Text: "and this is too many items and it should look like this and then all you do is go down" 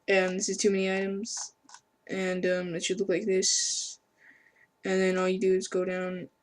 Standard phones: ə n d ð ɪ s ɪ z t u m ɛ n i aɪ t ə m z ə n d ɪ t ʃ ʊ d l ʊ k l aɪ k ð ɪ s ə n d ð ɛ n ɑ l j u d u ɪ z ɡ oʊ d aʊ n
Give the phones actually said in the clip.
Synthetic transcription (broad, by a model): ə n ð ɪ s ɪ z t u m ɛ n i aɪ t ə m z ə n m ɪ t s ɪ l ʊ k l aɪ k ð ɪ s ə n ð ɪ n ɑ l j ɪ d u ɪ z ɡ oʊ d aʊ n